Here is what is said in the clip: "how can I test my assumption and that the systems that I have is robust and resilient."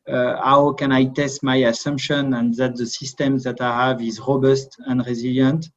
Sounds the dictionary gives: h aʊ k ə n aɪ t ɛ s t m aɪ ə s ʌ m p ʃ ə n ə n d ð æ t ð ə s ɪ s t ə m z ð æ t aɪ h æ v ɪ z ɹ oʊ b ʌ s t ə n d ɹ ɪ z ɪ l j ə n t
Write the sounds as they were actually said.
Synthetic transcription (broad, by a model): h aʊ k ə n aɪ t ɛ s t m aɪ ə s ʌ m p ʃ ə n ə n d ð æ t ð ə s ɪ s t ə m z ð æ t aɪ h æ v ɪ z ɹ oʊ b ʌ s t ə n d ɹ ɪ z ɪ l j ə n t